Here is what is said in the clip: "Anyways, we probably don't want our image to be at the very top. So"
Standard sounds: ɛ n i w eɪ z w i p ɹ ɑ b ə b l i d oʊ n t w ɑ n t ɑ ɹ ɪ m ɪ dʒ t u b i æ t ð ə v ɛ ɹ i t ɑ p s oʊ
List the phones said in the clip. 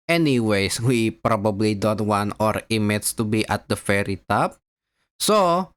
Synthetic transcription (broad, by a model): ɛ n i w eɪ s w i p ɹ ɑ b ə b l i d oʊ n t w ɑ n t ɑ ɹ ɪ m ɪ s t u b i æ t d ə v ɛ ɹ i t ɑ p s oʊ